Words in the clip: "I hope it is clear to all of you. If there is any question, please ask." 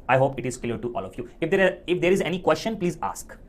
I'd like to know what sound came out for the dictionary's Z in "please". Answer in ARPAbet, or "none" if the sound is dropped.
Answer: Z